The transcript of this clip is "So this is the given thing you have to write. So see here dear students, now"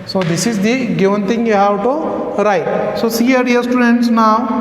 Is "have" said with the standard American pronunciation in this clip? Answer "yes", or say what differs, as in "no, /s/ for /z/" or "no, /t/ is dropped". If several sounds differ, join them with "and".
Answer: no, /w/ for /v/